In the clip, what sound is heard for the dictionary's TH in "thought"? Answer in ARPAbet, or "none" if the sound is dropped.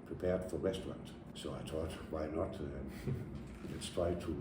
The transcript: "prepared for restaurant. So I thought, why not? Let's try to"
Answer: T